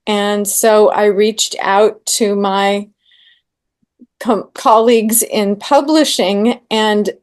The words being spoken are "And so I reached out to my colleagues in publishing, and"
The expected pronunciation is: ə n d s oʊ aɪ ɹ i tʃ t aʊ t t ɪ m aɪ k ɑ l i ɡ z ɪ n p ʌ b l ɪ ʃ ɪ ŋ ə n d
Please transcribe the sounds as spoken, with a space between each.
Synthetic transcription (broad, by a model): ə n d s oʊ aɪ ɹ i tʃ t aʊ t t ɪ m aɪ k ɑ l i ɡ z ɪ n p ʌ b l ɪ ʃ ɪ ŋ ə n